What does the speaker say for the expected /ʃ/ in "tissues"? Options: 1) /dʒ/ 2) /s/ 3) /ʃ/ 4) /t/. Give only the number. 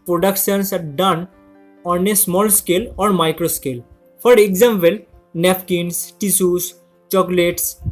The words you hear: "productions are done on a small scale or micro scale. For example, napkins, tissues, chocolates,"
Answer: 2